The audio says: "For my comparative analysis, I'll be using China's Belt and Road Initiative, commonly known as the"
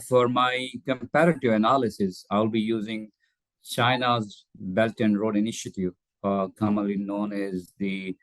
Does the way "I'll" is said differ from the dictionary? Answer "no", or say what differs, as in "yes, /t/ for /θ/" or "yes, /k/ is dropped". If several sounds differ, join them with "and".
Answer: no